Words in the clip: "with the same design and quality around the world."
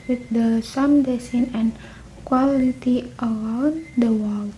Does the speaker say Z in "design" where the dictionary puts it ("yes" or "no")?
no